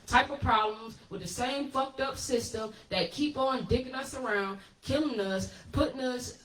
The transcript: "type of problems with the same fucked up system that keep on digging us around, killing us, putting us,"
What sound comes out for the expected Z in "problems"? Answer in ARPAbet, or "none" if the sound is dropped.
Z